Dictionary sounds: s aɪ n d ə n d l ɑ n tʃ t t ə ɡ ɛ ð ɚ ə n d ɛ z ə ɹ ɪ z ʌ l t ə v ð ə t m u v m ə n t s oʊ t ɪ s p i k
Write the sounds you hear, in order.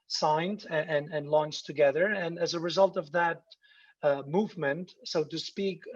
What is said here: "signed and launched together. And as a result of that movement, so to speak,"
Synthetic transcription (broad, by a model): s aɪ n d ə n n l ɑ n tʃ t t ə ɡ ɛ ð ɚ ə n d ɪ z ə ɹ ɪ z ʌ l t ə v ð ə t m u v m ə n t s oʊ t ɪ s p i k